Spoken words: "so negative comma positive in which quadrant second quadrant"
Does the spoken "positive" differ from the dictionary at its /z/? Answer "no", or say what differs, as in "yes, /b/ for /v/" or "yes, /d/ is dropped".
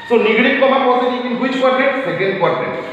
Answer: yes, /s/ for /z/